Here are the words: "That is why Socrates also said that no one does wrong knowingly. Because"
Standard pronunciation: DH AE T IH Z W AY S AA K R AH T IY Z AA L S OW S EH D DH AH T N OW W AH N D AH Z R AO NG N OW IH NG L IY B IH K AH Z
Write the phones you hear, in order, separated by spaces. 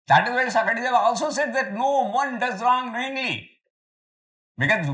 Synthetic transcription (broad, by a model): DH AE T IH Z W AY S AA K AH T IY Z AA L S OW S EH D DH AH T N OW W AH N D AH Z R AO NG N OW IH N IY B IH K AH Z